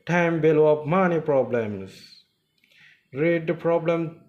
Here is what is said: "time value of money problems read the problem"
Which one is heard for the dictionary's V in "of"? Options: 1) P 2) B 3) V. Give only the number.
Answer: 1